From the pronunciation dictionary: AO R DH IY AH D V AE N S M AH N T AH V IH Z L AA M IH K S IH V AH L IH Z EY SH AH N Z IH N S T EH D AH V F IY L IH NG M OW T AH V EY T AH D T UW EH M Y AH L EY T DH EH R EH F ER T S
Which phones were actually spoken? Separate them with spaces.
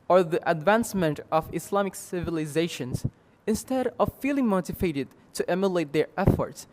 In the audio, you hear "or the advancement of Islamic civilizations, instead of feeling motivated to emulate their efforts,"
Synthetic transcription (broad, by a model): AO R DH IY AH D V AE N S M AH N T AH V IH S L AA M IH K S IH V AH L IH Z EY SH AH N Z IH N S T EH D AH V F IY L IH NG M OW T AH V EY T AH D T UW EH M Y AH L EY T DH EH R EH F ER T S